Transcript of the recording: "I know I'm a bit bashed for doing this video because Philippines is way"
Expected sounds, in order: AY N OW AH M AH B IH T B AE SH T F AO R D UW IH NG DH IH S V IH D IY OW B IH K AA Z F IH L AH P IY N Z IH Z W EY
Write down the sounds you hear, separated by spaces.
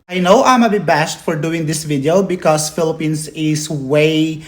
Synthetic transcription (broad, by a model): AY N OW AH M AH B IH B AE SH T F AO R D UW IH NG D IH S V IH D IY OW B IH K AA S F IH L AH P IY N S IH S W EY